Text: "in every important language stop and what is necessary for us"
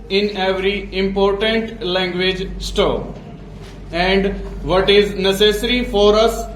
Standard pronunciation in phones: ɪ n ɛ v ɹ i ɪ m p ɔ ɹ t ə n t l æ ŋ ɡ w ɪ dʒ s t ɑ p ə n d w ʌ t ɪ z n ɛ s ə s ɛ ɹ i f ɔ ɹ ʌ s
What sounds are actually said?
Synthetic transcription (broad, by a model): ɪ n ɛ v ɹ i ɪ m p ɔ ɹ t ə n t l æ ŋ ɡ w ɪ dʒ s t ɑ ə n d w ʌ t ɪ z n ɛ s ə s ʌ ɹ i f ɔ ɹ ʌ s